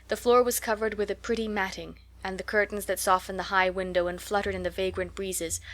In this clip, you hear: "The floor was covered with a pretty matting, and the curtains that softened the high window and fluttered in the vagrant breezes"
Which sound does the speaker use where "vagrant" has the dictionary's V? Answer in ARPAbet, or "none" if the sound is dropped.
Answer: V